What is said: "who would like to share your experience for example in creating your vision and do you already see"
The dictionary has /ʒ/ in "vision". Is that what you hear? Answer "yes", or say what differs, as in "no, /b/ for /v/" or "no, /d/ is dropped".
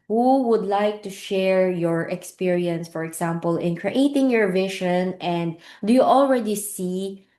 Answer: no, /ʃ/ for /ʒ/